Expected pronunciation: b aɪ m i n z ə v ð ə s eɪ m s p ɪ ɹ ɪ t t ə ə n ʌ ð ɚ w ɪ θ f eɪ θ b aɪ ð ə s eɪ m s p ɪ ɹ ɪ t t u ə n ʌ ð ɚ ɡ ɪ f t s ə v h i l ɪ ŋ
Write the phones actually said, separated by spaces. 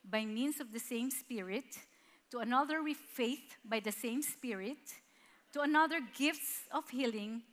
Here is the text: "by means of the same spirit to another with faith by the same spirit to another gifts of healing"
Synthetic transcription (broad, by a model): b aɪ m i n s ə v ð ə s eɪ m s p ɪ ɹ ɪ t t ə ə n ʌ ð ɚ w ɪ f eɪ θ b aɪ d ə s eɪ m s p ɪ ɹ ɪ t t u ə n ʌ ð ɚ ɡ ɪ f t s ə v h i l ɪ ŋ